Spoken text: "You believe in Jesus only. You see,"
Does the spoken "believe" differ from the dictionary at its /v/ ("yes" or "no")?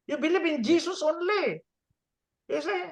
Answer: yes